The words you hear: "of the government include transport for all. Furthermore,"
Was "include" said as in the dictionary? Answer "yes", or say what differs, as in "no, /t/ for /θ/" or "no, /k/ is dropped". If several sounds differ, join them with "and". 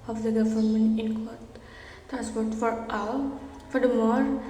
no, /l/ is dropped